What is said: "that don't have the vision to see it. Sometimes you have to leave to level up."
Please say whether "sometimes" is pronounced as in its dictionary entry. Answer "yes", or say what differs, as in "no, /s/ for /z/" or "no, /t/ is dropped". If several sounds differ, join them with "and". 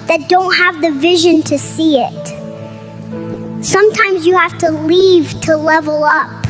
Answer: yes